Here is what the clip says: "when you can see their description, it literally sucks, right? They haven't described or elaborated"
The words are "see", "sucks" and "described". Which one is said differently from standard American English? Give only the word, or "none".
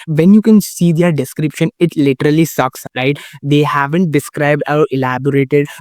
none